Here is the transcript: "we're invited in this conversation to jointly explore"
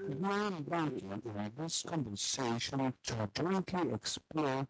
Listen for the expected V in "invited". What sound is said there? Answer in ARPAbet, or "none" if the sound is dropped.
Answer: B